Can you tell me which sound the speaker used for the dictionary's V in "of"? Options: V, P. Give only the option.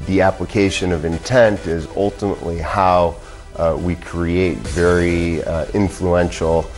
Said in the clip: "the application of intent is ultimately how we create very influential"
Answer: V